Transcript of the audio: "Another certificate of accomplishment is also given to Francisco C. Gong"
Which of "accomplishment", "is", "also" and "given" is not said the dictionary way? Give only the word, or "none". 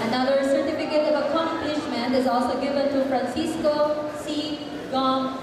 none